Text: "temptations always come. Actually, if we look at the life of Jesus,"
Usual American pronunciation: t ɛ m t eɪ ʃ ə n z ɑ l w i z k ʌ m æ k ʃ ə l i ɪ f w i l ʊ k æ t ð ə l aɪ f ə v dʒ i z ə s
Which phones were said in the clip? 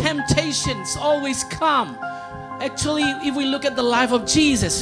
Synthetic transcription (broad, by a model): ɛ m t eɪ ʃ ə n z ɑ l w i z k ʌ m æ k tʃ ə l i ɪ f w i l ʊ k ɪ t ð ə l aɪ f ə v dʒ i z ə s